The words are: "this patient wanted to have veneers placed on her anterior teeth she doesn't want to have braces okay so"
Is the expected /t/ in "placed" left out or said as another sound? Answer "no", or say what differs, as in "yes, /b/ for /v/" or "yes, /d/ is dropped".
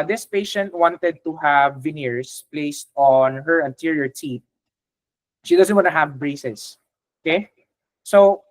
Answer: no